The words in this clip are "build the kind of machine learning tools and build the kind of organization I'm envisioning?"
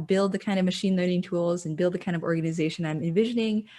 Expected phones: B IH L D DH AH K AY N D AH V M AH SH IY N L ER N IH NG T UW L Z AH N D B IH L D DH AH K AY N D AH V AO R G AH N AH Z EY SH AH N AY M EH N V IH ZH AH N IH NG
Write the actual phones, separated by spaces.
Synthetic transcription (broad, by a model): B IH L D DH AH K AY N D AH V M AH SH IY N L ER N IH NG T UW L Z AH N B IH L D DH AH K AY N D AH V AO R G AH N AH Z EY SH AH N AY M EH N V IH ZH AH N IH NG